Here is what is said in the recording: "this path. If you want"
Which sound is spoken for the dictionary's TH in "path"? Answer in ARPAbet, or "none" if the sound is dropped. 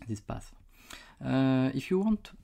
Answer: S